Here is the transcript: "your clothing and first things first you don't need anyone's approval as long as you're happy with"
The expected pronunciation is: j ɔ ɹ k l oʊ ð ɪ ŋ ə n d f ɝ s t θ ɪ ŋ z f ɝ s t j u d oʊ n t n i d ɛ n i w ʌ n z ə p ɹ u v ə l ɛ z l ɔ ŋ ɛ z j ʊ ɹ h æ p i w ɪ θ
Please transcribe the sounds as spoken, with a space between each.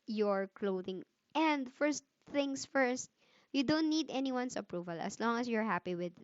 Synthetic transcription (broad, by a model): j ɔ ɹ k l oʊ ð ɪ ŋ ə n d f ɝ s t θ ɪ ŋ s f ɝ s t j u d oʊ n t n i d ɛ n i w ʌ n s ə p ɹ u v ə l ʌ s l ɔ ŋ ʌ s j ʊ ɹ h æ p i w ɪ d